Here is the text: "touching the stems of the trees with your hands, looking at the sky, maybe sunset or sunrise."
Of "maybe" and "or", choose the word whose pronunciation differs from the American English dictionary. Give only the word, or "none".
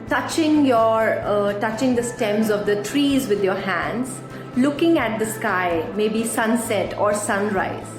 none